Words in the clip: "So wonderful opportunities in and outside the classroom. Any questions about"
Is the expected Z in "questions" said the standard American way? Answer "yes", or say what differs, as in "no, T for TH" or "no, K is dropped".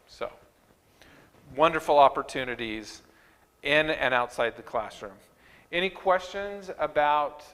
yes